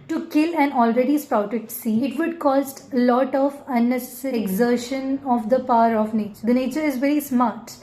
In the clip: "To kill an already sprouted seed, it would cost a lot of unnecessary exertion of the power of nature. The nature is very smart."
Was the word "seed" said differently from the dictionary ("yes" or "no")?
yes